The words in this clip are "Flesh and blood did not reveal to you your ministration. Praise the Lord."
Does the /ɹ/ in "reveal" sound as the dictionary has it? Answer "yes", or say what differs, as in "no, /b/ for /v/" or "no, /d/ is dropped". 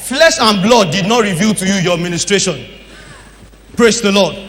yes